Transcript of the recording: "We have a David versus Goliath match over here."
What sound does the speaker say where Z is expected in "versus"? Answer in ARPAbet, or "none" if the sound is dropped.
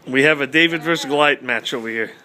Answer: none